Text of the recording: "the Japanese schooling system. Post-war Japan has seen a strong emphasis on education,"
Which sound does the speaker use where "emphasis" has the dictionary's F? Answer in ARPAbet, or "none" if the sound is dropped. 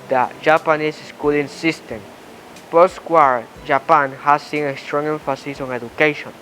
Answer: F